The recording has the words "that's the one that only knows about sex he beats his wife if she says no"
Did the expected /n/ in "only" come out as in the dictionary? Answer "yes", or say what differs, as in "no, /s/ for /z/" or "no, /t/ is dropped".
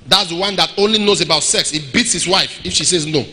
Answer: yes